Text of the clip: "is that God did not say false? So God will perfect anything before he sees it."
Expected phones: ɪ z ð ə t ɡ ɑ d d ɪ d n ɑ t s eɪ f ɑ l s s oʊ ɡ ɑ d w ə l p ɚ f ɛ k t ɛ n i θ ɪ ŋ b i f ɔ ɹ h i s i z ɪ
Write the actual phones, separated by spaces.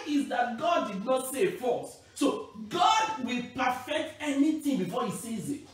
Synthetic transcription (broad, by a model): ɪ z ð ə t ɡ ɑ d d ɪ d n ɑ t s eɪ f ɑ s s oʊ ɡ ɑ d w ə l p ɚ f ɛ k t ɛ n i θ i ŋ b i f ɔ h i s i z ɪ